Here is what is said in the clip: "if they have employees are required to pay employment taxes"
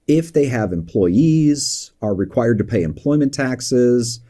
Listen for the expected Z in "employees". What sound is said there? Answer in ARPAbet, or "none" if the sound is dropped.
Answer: Z